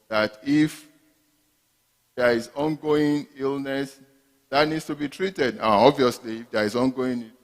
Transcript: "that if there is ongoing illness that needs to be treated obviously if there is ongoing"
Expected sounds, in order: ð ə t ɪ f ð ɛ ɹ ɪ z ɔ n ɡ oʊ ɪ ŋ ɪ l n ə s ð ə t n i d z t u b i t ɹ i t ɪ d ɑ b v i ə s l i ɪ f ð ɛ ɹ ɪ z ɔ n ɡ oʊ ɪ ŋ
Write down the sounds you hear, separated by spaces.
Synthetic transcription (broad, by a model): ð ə t ɪ f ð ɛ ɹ ɪ z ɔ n ɡ oʊ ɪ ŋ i l n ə s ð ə t n i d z t u b i t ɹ i t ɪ d ɑ b v i ə s l i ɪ f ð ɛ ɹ ɪ z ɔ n ɡ oʊ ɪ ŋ